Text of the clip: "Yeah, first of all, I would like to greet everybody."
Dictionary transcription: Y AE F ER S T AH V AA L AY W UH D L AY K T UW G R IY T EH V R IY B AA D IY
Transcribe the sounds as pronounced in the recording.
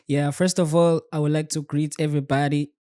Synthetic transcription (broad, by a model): Y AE F ER S T AH V AA L AY W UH D L AY K T UW G R IY T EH V R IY B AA D IY